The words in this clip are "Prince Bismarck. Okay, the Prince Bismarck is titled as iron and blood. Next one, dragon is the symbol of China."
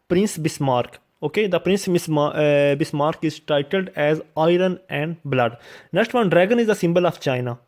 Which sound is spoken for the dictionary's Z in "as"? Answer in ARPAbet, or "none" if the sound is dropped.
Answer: Z